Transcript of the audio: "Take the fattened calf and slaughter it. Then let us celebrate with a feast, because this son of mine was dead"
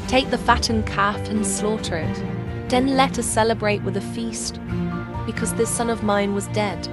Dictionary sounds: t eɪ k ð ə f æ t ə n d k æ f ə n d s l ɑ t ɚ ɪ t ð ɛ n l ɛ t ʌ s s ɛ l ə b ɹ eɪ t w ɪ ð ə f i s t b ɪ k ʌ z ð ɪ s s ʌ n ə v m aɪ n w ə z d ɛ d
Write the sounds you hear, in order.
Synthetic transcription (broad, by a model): t eɪ k ð ə f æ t n k æ f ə n s l ɑ t ɚ ɪ t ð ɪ n l ɛ t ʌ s s ɛ l ə b ɹ eɪ t w ɪ ð ə f i s t b ɪ k ʌ z ð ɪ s s ʌ n ə v m aɪ n w ə z d ɛ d